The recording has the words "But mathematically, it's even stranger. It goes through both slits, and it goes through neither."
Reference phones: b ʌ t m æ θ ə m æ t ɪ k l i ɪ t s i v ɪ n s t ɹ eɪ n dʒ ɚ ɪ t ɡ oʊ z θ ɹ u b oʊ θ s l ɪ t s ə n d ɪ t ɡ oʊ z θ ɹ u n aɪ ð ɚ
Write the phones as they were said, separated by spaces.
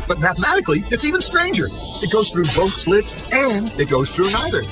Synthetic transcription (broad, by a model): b ʌ t m æ θ ə m æ t ɪ k l i ɪ t s i v ɪ n s t ɹ eɪ n dʒ ɚ ɪ t ɡ oʊ z θ ɹ u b oʊ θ s l ɪ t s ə n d ɪ t ɡ oʊ z θ ɹ u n aɪ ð ɚ